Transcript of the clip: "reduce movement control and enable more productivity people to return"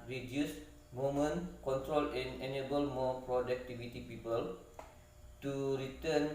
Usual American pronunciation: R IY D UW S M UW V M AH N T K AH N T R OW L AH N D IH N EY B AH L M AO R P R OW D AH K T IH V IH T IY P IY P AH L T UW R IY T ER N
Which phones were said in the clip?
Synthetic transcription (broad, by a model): R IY D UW S M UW M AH N K AH N T R OW L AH N IH N EY B AH L M AO P R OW D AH K T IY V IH T IY P IY P AH L T UW R IY T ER N